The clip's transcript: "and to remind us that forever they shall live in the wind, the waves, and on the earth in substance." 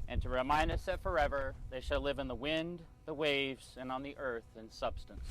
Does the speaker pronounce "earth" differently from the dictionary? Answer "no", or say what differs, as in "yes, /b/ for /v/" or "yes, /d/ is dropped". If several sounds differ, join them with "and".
no